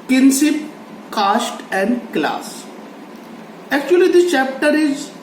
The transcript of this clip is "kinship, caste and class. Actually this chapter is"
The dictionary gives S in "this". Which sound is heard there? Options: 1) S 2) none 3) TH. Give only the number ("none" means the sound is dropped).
2